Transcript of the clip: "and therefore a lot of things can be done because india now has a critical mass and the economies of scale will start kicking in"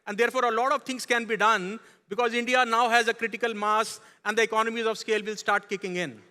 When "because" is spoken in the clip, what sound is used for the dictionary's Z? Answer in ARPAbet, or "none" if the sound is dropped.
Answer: Z